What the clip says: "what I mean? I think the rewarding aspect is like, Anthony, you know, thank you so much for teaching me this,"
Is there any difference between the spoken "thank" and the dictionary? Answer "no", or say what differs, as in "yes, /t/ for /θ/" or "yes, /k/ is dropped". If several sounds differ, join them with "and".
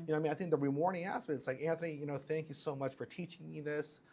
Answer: no